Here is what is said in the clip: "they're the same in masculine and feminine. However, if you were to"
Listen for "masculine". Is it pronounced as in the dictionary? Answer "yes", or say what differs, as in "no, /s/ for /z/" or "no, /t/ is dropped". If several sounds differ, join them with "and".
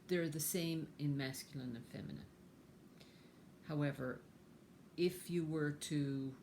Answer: yes